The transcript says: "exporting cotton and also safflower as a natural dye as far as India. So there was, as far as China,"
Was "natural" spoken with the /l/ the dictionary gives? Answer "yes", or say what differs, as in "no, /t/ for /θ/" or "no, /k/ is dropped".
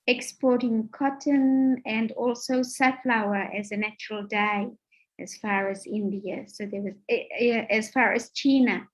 yes